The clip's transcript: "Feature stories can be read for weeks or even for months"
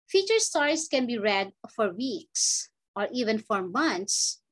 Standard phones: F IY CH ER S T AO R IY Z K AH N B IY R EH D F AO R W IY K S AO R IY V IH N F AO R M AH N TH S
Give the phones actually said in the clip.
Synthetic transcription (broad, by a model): F IY CH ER S T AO R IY S K AH N B IY R EH D F AO R W IY K S AO R IY V IH N F AO R M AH N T S